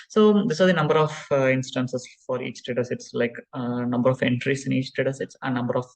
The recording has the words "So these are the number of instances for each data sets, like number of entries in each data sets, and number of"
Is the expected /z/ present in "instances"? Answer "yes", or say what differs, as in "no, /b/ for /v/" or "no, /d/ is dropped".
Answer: no, /s/ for /z/